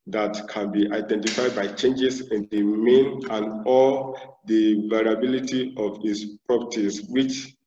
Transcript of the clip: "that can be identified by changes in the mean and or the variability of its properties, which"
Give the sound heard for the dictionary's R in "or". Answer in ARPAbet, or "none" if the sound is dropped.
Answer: L